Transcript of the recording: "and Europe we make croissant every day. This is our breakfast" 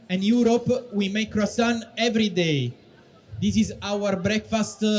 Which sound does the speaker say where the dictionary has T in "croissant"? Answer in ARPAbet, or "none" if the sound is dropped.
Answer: none